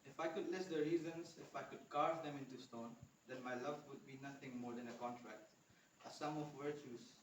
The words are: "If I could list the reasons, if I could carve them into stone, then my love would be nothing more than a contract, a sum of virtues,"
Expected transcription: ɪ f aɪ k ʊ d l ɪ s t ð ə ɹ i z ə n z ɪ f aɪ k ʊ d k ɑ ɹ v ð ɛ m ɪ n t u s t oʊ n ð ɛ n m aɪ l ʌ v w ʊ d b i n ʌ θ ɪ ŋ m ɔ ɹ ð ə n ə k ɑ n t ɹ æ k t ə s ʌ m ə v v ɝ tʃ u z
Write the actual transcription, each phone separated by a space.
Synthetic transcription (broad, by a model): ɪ f aɪ k ʊ d l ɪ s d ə ɹ i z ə n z ɪ f aɪ k ʊ d k ɑ ɹ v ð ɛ m ɪ n t u s t oʊ n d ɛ n m aɪ l ʌ v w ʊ d b i n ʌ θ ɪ ŋ m ɔ ɹ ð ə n ə k ɑ n t ɹ æ k t ə s ʌ m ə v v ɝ tʃ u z